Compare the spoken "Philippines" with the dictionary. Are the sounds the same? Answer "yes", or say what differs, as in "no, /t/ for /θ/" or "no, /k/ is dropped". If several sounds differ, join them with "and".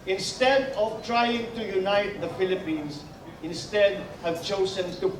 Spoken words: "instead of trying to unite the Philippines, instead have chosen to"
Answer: no, /s/ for /z/